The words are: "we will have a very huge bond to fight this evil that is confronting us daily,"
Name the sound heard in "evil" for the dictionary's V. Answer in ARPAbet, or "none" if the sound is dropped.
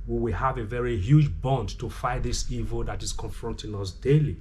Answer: V